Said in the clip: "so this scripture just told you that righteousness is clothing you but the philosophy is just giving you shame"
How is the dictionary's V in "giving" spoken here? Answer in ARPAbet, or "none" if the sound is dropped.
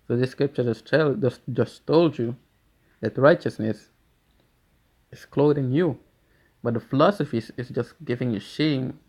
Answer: V